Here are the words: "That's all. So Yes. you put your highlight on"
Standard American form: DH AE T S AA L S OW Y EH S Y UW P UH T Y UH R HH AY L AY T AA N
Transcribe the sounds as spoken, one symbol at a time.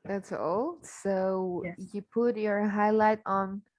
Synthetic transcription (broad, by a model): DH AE T S AA L S OW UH Y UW P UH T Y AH R HH AY L AY T N